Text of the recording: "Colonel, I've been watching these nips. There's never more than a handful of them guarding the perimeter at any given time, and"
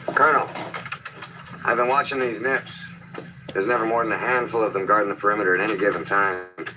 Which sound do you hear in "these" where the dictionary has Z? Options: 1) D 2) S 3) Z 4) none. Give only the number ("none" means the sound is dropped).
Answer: 3